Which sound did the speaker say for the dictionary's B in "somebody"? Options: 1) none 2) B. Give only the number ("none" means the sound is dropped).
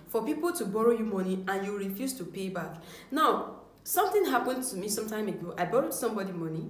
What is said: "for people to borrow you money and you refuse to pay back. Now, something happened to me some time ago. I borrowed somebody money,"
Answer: 2